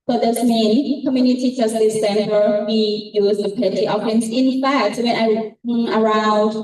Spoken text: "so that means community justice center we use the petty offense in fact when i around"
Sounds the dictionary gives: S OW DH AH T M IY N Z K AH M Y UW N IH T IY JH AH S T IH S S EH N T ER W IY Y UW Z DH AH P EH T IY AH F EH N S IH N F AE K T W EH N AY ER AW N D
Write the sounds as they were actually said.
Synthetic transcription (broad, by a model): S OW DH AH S M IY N K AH M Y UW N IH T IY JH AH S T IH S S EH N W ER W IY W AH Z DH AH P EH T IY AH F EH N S IH N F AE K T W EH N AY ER AW N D